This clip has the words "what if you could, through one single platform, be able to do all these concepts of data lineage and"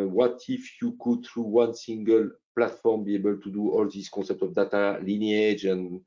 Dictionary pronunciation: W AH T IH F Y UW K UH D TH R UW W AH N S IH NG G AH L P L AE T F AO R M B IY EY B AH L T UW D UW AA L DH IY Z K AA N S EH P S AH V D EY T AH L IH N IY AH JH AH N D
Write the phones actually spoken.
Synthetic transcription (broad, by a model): W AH T IH F Y UW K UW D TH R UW W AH N S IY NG G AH L P L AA T F AO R M B IY EY B AH L T UW D UW AA L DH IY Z K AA S EH P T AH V D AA T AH L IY N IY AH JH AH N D